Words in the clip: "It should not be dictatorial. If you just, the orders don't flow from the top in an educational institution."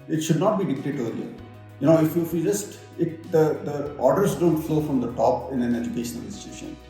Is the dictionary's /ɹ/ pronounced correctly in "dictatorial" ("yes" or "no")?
no